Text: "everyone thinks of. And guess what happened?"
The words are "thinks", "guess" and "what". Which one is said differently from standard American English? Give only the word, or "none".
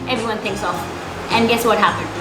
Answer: none